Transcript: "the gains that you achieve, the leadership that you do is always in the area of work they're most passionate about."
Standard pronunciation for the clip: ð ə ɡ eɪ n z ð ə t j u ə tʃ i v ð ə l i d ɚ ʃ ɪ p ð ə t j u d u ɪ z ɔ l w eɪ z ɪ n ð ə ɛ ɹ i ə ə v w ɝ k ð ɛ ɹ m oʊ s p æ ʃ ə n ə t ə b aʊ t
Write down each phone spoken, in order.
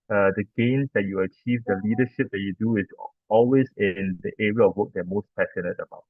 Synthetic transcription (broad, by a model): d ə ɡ eɪ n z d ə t j u ə tʃ i v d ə l i d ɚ ʃ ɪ p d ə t j u d u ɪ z ɔ l w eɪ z ɪ n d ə ɛ ɹ i ə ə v w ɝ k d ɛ m oʊ s p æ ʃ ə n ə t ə b aʊ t